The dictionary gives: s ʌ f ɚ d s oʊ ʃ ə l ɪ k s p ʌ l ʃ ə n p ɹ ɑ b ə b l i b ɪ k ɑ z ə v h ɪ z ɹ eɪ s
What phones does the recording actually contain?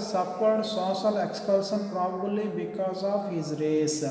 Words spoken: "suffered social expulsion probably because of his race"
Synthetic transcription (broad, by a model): s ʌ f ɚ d s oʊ s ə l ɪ k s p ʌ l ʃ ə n p ɹ ɑ b ə b l i b ɪ k ɑ z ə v h ɪ z ɹ eɪ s